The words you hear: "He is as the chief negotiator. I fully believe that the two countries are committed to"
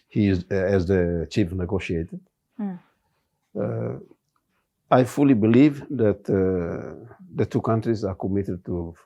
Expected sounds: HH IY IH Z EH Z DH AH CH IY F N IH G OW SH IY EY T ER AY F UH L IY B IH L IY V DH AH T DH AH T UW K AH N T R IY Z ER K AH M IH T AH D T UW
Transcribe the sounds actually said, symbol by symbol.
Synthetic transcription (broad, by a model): HH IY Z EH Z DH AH CH IY F N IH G OW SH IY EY T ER AY F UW L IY B IH L IY V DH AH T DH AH T UW K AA N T R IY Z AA K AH M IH T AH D T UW